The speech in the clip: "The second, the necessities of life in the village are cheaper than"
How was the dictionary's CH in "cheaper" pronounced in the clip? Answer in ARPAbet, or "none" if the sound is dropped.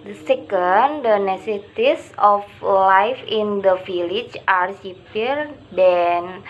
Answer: S